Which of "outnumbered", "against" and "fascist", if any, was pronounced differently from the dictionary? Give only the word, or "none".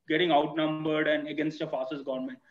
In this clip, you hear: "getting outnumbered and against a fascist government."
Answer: fascist